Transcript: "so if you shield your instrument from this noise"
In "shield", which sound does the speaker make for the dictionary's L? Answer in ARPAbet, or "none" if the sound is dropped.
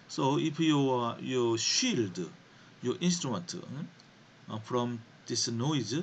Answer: L